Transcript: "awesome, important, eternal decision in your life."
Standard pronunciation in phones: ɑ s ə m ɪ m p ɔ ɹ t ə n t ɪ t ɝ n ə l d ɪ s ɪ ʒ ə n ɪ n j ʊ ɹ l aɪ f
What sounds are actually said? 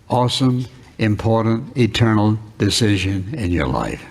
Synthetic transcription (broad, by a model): ɑ s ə m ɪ m p ɔ ɹ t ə n t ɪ t ɝ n l d ɪ s ɪ ʒ ə n ɪ n j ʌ ɹ l aɪ f